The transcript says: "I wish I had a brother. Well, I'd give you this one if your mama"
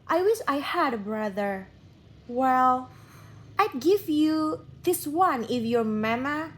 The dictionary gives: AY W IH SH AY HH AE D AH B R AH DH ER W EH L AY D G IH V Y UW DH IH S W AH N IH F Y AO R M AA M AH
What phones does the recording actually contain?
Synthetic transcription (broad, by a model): AY W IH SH AY HH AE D AH B R AH DH ER W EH L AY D G IH V Y UW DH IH S W AH N IH F Y AO R M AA M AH